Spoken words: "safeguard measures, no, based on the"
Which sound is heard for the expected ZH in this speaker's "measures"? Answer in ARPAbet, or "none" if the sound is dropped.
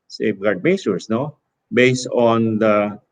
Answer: S